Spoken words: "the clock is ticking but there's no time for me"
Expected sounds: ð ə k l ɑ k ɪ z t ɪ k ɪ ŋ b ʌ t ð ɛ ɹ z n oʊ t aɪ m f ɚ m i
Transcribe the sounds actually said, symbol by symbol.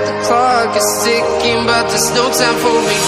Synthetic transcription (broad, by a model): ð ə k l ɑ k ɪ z s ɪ k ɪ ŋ b ʌ t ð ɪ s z n oʊ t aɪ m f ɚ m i